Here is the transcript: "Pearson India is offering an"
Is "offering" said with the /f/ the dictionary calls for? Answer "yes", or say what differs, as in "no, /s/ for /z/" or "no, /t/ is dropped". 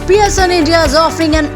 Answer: yes